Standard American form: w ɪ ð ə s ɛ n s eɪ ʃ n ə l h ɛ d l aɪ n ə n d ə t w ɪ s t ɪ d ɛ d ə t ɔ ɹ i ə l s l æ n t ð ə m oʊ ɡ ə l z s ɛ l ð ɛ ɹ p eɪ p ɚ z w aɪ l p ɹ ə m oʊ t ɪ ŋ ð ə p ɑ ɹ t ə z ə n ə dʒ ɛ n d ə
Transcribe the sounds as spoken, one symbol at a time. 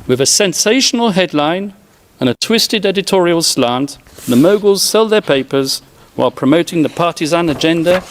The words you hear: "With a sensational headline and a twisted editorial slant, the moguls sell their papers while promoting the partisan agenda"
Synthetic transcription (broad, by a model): w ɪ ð ə s ɛ n s eɪ ʃ n ə l h ɛ d l aɪ n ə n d ə t w ɪ s t ɪ d ɛ d ə t ɔ ɹ i ə l s l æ n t ð ə m oʊ ɡ ə l z s ɛ l ð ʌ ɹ p eɪ p ɚ z w aɪ l p ɹ ə m oʊ t ɪ ŋ ð ə p ɑ ɹ t ə z ə n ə dʒ ɛ n d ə